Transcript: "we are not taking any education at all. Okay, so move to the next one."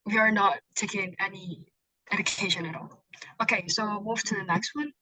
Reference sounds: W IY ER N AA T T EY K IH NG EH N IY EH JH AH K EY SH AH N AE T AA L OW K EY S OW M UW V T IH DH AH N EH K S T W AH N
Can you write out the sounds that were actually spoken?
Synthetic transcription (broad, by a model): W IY ER N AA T T EY K IH NG EH N IY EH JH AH K EY SH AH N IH T AA L OW K EY S OW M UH F T IH DH AH N EH K S T W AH N